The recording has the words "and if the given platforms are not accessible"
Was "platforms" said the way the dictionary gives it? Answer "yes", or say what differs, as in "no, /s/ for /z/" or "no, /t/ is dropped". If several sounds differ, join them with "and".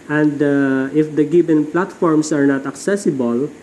no, /s/ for /z/